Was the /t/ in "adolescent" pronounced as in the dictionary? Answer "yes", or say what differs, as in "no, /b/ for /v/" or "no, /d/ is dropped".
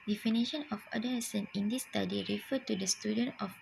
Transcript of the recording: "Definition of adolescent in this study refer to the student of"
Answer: no, /t/ is dropped